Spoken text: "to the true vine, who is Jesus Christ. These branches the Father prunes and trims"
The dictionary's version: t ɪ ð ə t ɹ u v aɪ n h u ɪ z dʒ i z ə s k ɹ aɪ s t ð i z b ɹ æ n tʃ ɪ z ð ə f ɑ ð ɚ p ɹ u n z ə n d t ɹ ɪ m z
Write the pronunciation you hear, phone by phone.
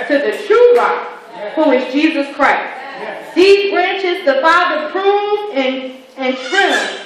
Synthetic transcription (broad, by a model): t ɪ ð ə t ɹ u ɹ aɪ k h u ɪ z dʒ i z ə s k ɹ aɪ s t ð i z b ɹ æ n tʃ ɪ z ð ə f ɑ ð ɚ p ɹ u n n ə n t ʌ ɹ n